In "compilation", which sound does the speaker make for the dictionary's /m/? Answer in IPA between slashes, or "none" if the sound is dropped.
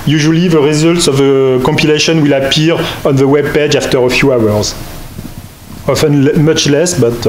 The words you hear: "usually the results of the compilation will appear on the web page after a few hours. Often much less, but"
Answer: /m/